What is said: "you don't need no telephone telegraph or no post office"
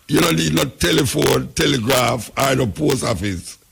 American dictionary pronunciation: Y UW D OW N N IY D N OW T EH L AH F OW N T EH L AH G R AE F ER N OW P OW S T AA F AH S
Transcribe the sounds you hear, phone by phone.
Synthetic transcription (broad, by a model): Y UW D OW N N IY D N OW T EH L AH F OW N T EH L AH G R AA F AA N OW P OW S AA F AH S